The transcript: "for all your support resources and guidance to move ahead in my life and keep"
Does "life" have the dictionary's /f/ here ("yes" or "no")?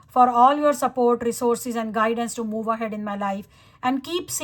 yes